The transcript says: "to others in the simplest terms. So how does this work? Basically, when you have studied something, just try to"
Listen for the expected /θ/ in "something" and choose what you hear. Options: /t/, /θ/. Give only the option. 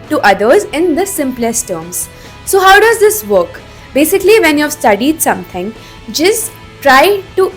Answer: /t/